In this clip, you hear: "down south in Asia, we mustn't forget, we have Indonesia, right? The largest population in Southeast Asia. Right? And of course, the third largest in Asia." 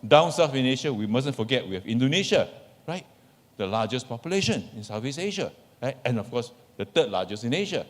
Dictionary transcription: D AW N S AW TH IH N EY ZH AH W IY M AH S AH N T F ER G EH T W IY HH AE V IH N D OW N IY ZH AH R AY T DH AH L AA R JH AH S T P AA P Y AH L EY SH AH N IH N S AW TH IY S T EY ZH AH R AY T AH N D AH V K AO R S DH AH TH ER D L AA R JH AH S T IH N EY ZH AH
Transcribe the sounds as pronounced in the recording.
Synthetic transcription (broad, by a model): D AW N S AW F IH N EY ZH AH W IY M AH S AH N F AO G EH T W IY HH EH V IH N D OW N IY SH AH R AY T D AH L AA JH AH S P AA P Y AH L EY SH AH N IH N S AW F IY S EY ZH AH R AY T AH N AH F K AO S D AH T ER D L AA JH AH S IH N EY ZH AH